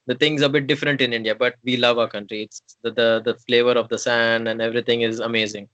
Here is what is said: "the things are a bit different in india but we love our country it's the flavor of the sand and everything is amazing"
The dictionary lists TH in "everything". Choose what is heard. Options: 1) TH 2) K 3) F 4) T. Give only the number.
4